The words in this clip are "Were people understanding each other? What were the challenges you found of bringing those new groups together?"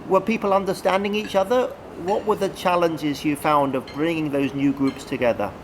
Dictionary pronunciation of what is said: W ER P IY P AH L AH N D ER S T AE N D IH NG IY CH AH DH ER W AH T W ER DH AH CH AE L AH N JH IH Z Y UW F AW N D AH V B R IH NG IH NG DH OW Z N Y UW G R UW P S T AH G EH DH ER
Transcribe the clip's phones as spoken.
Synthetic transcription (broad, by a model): W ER P IY P AH L AH N D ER S T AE N D IH NG IY CH AH DH ER W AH T W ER DH AH CH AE L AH N JH IH Z Y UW F AW N D AH V B R IH NG IH NG DH OW Z N Y UW G R UW P S T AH G EH DH ER